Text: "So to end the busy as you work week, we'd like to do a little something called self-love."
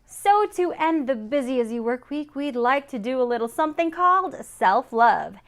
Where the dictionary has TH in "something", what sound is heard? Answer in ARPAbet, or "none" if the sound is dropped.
TH